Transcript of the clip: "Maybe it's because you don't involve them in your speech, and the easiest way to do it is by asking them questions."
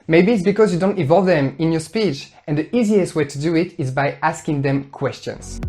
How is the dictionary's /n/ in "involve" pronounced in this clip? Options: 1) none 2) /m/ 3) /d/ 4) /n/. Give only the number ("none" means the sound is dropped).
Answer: 1